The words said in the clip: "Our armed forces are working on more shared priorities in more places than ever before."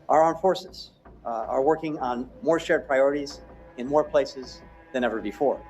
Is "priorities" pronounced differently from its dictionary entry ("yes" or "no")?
no